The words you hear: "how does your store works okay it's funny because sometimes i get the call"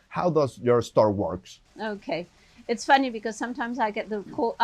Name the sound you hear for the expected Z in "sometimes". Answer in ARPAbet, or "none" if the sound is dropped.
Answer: Z